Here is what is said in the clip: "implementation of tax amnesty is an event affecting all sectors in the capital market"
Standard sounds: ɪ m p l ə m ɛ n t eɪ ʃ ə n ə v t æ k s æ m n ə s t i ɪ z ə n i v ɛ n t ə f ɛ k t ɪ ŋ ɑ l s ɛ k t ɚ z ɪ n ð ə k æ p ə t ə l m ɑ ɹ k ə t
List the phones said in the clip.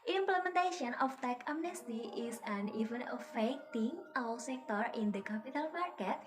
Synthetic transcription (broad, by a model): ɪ m p l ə m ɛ n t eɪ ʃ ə n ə f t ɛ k ɑ m n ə s t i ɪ s ə n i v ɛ n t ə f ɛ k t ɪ ŋ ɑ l s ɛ k t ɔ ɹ ɪ n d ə k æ p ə t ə l m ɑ ɹ k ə t